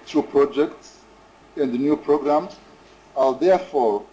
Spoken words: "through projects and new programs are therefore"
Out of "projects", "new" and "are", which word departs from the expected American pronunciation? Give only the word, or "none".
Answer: are